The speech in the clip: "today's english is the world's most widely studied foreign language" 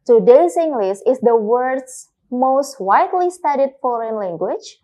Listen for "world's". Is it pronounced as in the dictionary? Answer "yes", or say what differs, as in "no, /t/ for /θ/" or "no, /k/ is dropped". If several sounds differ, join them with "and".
no, /l/ is dropped and /s/ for /z/